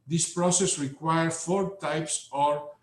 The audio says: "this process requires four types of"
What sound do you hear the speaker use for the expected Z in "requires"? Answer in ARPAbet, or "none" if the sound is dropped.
none